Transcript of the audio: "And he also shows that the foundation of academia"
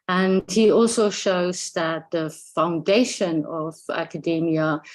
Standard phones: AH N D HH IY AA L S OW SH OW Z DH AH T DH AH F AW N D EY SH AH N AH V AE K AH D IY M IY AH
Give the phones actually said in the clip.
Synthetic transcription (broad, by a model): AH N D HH IY AA L S OW SH OW Z DH AH T DH AH F AW N D EY SH AH N AH V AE K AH D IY M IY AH